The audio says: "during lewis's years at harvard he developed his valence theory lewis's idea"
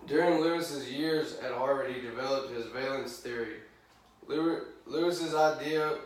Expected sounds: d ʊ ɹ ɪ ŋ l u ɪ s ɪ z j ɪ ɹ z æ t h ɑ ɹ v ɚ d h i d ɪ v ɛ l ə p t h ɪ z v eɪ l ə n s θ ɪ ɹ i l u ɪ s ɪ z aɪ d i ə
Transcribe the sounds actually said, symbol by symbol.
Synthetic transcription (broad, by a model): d ʊ ɹ ɪ ŋ l u ɪ s ɪ z j ɪ ɹ z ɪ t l ɹ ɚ d i d ɪ v ɛ l ə p t h ɪ z v eɪ l ə n s θ ɪ ɹ i l u ɪ s ɪ z aɪ d i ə